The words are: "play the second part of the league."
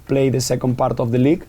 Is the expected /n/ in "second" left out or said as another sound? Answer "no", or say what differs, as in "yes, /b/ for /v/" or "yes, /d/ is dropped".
no